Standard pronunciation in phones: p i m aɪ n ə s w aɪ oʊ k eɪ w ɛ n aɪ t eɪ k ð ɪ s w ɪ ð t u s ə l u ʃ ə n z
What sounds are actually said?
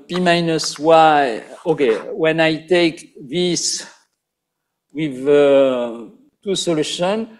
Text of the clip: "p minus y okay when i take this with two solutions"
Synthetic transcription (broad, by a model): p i m aɪ n ə s w aɪ oʊ k eɪ w ɛ n aɪ t eɪ k ð ɪ s w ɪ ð t u s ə l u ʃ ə n